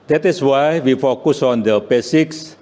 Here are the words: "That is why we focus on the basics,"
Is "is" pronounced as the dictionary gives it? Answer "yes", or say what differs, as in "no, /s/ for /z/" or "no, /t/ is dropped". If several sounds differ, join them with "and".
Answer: no, /s/ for /z/